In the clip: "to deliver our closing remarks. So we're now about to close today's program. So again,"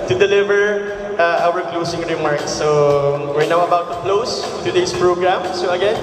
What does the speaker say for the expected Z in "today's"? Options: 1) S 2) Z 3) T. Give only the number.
1